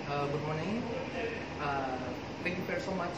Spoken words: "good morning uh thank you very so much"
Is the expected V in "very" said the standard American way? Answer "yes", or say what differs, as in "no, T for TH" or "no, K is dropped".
no, F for V